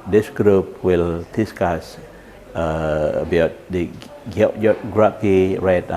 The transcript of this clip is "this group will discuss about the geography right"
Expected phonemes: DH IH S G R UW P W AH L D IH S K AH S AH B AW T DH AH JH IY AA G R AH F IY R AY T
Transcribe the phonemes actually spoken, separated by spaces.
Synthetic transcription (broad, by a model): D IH S G R UW P W AH L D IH S K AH S AH B AW T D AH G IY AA G R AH P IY R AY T